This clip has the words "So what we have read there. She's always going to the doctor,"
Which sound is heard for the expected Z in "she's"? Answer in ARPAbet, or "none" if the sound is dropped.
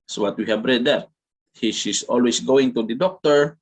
S